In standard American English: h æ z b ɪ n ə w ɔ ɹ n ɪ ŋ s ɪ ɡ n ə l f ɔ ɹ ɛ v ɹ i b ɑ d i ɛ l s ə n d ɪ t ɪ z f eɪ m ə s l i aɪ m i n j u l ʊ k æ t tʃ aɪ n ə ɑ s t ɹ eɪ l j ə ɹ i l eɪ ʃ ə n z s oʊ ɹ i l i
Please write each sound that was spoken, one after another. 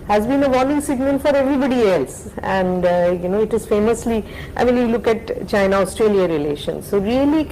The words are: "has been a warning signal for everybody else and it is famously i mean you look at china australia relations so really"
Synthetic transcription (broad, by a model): h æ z b ɪ n ə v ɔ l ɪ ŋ s ɪ ɡ n ə l f ɔ ɹ ɛ v ɹ i b ɑ d i ɛ l s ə n d ɪ t ɪ z f eɪ m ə s l i aɪ m i n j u l ʊ k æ t tʃ aɪ n ə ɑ s t ɹ eɪ l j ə ɹ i l eɪ ʃ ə n s oʊ ɹ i l i